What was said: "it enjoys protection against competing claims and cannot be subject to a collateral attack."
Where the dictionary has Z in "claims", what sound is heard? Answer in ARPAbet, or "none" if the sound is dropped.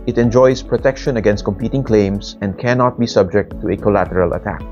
S